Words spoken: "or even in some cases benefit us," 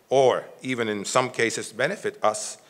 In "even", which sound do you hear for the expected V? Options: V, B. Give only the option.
V